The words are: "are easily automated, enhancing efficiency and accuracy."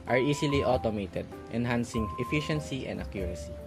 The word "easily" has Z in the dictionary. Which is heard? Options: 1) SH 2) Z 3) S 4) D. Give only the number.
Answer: 3